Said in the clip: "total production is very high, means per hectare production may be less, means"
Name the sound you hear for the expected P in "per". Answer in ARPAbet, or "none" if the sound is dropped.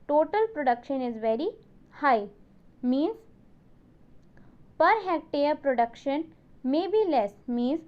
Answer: P